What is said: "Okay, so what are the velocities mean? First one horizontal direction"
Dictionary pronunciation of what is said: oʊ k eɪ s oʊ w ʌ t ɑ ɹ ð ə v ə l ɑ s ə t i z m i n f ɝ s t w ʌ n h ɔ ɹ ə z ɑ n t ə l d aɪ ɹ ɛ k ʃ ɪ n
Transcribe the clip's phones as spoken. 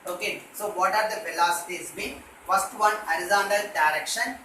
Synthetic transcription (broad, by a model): oʊ k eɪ s oʊ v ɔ t ɑ ɹ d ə f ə l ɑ s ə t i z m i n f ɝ s t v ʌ n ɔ ɹ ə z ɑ n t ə l d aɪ ɹ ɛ k ʃ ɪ n